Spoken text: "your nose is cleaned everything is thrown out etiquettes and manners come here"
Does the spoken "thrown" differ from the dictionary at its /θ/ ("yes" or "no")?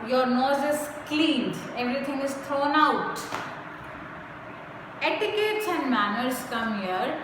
yes